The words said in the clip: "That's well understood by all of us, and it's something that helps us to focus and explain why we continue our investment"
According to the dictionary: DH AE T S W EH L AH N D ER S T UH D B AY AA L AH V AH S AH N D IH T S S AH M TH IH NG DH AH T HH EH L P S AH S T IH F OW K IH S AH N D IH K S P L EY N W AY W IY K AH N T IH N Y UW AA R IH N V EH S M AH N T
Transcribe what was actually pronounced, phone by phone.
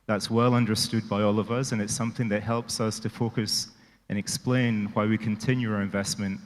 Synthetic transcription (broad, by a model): DH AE T S W EH L AH N D ER S T UH D B AY AA L AH V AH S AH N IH T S S AH M TH IH NG DH AH T HH EH L P S AH S T IH F OW K IH S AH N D IH K S P L EY N W AY W IY K AH N T IH N Y UW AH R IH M V EH S M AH N T